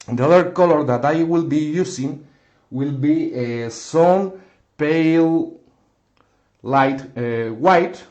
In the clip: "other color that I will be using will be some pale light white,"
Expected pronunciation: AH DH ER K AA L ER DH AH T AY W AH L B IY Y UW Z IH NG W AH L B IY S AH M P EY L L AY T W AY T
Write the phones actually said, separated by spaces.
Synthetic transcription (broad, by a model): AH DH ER K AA L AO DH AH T AY W AH L B IY Y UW S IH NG W AH L B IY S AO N P EY L L AY T W AY T